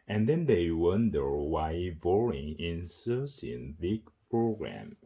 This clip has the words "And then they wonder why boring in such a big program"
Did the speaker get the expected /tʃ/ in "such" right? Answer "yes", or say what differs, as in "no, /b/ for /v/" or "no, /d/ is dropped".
no, /s/ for /tʃ/